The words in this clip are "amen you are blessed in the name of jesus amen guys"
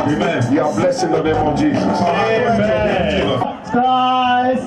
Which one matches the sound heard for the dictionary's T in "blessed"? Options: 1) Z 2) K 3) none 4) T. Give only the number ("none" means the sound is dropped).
3